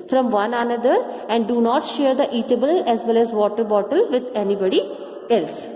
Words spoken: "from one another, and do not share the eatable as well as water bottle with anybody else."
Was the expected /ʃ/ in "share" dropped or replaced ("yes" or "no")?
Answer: no